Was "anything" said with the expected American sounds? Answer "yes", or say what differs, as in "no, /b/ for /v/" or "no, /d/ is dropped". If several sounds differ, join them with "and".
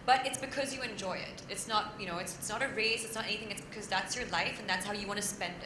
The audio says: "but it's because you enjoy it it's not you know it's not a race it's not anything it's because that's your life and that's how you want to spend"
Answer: yes